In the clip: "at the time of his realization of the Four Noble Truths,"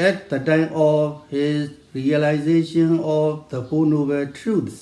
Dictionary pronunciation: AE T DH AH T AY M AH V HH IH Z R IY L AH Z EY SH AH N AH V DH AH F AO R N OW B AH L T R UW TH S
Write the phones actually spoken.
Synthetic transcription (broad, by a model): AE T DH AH T AY M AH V HH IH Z R IY L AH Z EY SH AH N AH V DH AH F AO N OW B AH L T R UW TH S